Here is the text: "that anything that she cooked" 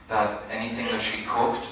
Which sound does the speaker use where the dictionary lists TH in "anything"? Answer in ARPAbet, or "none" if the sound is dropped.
TH